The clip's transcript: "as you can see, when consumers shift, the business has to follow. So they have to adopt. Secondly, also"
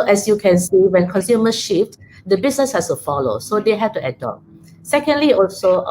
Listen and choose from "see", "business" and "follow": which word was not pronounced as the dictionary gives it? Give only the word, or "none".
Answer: business